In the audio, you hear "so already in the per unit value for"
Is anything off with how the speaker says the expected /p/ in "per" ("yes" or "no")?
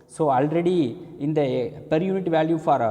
no